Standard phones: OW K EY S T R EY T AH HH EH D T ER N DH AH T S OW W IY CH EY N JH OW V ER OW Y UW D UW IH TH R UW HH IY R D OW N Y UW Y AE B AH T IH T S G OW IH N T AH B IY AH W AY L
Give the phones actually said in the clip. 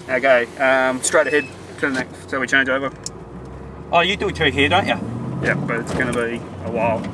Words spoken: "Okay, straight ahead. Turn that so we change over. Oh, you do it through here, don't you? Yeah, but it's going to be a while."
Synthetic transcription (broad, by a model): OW K EY S T R EY T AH HH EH D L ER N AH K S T W IY CH EY N JH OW V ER OW Y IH D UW IH T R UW HH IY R D OW N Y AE Y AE B AH T IH T S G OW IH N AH B IY AH W AY L